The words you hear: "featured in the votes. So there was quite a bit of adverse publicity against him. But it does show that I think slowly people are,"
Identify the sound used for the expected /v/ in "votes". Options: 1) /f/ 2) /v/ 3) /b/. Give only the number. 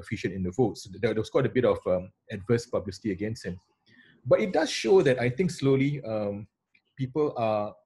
2